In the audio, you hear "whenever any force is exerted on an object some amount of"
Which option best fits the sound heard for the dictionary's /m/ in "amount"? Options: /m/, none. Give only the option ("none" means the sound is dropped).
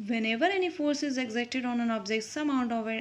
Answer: none